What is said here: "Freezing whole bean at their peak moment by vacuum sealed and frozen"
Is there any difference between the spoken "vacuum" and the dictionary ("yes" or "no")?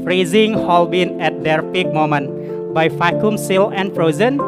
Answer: yes